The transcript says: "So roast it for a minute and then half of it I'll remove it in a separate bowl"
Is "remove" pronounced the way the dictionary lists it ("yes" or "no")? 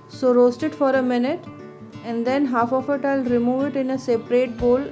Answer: yes